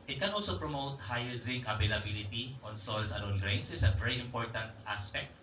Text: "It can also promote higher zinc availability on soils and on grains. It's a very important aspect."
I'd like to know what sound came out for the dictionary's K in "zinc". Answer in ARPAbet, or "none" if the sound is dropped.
none